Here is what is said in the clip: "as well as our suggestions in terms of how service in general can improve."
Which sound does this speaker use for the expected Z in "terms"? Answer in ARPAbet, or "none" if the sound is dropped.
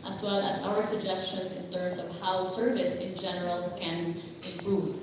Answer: S